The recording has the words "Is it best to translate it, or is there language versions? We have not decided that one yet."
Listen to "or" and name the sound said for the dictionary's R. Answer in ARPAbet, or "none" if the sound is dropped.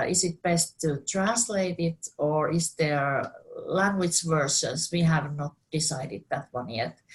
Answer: R